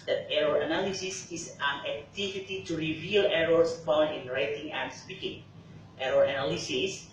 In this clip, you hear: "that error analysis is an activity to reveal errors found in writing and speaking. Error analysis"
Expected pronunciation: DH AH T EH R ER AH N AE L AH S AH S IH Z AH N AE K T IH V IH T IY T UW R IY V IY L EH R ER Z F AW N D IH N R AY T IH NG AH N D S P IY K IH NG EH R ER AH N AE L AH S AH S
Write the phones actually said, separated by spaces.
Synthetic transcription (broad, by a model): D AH T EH R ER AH N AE L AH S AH S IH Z AH N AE K T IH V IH T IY T UW R IY V IY L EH R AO S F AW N IH N R AY T IH NG AH N D S P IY K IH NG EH R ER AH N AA L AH S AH S